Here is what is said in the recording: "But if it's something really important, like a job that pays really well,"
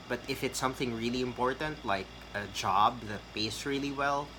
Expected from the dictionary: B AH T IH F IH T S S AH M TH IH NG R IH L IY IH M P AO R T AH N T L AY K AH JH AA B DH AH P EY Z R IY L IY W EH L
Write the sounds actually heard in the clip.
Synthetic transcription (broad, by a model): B AH T IH F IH T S S AH M TH IH NG R IH L IY IH M P AO R T AH N T L AY K AH JH AA B DH AH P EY S R IY L IY W EH L